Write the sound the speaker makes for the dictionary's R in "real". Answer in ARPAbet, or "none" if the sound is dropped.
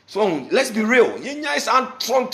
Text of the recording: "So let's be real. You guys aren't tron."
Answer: R